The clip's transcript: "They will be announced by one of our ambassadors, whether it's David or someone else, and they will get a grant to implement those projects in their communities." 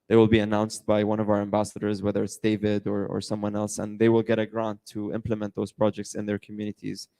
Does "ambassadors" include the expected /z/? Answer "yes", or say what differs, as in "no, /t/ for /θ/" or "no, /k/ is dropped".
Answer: yes